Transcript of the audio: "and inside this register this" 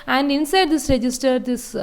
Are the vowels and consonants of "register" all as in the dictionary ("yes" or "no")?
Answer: yes